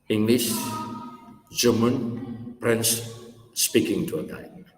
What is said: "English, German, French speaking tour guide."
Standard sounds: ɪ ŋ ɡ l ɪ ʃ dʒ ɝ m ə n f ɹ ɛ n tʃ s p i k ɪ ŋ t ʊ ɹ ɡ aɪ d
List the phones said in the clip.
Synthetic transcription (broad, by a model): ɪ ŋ ɡ l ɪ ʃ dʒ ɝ m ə n p ɹ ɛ n s p i k ɪ ŋ t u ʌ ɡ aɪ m